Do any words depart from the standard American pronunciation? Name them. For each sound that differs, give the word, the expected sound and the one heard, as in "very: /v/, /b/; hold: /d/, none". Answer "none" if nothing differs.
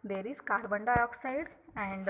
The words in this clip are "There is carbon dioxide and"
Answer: carbon: /ɹ/, /l/